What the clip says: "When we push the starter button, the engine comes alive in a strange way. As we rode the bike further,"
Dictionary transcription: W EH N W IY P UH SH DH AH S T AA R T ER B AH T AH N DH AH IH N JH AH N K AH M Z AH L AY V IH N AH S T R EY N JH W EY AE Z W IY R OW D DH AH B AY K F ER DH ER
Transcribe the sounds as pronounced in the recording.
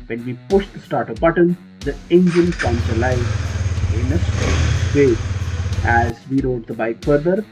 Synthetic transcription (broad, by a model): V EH N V IY P UH SH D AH S T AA R T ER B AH T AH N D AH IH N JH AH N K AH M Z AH L AY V IH N AH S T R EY JH AE Z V IY R OW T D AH B AY K F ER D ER